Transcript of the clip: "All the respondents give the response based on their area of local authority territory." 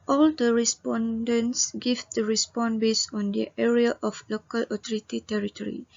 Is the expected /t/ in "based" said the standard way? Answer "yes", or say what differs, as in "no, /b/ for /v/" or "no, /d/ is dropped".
no, /t/ is dropped